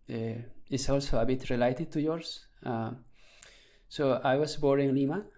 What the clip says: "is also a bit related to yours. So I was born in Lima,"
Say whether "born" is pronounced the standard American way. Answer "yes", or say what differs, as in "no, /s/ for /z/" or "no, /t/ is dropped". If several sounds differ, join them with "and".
no, /n/ is dropped